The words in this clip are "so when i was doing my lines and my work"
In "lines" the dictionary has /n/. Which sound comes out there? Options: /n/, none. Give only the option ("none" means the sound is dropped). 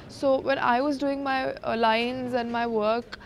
/n/